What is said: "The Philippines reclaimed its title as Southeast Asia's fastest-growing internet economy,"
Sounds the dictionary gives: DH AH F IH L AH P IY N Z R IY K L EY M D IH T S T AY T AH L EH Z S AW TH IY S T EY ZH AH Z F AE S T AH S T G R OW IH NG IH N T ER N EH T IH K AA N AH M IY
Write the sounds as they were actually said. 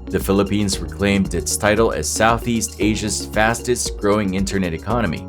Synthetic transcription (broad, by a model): DH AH F IH L AH P IY N Z R IY K L EY M D IH T S T AY T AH L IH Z S AW TH IY S T EY ZH AH Z F AE S T AH S T G R OW IH NG IH N T ER N EH T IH K AA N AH M IY